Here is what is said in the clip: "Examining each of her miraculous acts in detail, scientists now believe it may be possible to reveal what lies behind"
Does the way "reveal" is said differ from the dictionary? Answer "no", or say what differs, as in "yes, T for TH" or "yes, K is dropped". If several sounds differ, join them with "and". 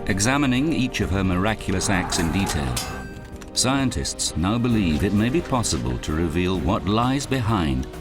no